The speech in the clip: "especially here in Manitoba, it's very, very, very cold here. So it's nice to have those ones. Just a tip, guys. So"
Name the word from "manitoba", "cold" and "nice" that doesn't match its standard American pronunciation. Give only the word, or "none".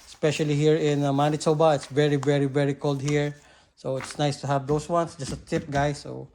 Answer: manitoba